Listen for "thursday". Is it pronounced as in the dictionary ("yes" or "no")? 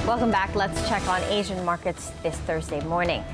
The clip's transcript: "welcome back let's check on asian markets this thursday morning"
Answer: yes